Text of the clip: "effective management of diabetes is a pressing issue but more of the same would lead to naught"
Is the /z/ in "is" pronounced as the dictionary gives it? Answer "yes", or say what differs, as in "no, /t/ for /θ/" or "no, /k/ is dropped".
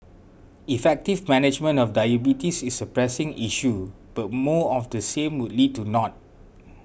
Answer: no, /s/ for /z/